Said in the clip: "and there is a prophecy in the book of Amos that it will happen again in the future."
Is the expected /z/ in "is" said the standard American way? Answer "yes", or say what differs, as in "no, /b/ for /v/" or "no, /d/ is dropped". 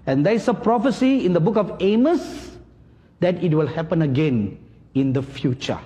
no, /s/ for /z/